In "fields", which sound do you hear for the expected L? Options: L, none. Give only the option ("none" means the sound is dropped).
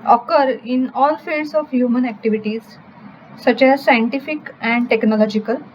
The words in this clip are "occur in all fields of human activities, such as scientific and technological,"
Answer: none